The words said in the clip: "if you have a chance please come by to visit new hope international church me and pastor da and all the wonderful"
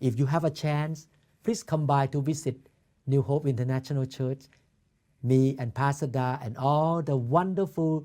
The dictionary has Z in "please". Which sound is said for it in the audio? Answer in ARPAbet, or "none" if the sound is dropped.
S